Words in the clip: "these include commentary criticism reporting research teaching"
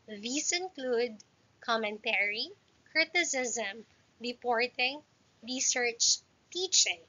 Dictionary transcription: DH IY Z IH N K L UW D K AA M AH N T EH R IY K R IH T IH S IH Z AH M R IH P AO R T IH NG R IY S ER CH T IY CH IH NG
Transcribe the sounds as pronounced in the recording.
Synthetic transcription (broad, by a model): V IY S IH N K L UW D K AA M AH N T EH R IY K R IH T IH S IH Z AH M R IH P AO R T IH NG R IY S ER CH T IY CH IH NG